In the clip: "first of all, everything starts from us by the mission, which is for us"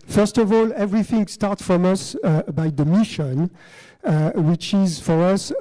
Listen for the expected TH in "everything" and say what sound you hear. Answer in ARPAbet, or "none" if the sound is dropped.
TH